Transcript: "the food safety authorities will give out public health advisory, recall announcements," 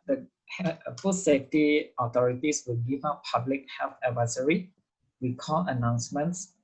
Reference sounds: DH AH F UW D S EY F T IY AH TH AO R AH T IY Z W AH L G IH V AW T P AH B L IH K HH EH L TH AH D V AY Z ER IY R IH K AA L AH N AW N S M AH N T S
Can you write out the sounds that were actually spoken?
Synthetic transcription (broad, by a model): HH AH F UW S EY F T IY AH T AO R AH T IY S W AH L G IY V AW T P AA B L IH K HH EH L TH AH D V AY S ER IY W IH K AA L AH N AW N S M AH N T S